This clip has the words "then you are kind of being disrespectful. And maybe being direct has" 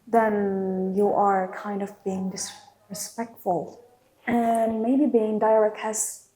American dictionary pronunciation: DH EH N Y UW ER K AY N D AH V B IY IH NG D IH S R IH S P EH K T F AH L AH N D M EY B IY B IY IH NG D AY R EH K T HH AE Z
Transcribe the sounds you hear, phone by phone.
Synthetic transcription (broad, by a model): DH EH N Y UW ER K AY N D AH V B IY IH NG D IH S R IH S P EH K T F AH L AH N M EY B IY B IY IH NG D AY R EH K T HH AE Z